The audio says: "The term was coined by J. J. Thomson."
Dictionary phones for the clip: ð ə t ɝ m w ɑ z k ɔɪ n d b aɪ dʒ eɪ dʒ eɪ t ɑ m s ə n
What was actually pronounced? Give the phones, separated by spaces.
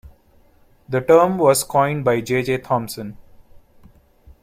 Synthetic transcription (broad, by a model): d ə t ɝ m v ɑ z k ɔɪ n d b aɪ dʒ eɪ dʒ eɪ t ɑ m s ə n